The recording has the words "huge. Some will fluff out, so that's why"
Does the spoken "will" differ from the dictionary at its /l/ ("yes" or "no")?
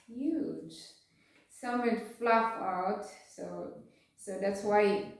yes